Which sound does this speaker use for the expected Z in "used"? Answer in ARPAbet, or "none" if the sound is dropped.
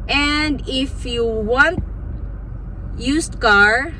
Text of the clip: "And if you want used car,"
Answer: S